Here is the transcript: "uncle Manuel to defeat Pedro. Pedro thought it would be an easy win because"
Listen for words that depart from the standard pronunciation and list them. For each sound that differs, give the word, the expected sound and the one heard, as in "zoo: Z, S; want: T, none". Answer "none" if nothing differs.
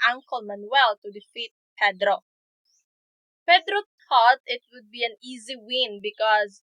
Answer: thought: TH, T